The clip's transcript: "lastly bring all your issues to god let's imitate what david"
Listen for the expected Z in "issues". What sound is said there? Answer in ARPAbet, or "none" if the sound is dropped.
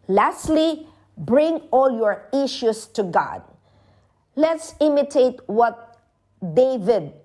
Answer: S